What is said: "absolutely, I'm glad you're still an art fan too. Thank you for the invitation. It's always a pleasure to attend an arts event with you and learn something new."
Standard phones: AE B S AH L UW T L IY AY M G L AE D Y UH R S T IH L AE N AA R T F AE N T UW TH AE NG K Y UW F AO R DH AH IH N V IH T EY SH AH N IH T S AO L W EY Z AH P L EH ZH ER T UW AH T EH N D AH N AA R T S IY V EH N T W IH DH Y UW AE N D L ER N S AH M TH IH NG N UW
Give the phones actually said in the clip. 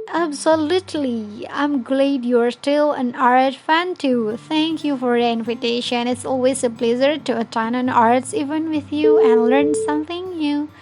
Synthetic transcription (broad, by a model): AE B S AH L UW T L IY AY M G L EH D Y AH R S T IH L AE N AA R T F AE N T UW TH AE NG K Y UW F AO R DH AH IH N V IH T EY SH AH N IH T S AO L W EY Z AH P L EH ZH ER T UW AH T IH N AH N AA R T S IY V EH N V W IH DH Y UW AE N L ER N S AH M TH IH NG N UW